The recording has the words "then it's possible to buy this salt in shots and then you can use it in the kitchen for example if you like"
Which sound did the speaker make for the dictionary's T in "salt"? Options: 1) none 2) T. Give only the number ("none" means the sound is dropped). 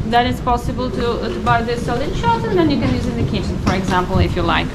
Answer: 1